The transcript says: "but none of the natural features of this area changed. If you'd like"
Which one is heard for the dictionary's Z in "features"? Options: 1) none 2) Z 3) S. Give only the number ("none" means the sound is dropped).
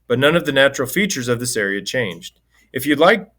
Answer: 2